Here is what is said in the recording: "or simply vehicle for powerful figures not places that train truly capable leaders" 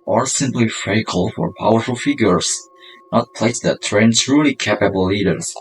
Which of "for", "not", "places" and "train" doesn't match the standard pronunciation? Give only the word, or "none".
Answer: places